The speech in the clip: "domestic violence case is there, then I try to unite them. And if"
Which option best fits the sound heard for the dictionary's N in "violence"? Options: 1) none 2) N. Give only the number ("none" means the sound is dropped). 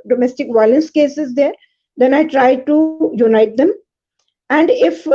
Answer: 2